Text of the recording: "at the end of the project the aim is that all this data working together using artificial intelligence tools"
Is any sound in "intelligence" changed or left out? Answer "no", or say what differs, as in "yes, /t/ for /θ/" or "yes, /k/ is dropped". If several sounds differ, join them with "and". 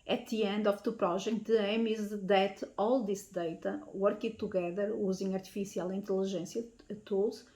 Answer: yes, /ʒ/ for /dʒ/